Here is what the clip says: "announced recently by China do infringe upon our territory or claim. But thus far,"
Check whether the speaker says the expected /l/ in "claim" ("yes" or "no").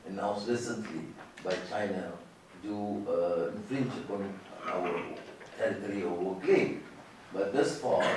no